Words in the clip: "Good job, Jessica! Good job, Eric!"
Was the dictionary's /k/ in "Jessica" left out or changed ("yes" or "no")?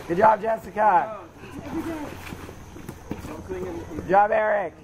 no